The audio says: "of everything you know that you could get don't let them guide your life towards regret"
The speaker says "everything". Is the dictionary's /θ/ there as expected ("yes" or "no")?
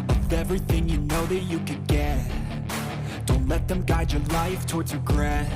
yes